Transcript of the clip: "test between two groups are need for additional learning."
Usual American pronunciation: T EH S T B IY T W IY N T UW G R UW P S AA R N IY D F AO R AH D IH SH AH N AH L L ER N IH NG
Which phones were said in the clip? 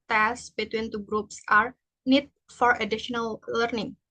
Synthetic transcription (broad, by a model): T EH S B IY T W IY N T UW G R UW P S AA R N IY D F AO R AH D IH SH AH N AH L L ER N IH NG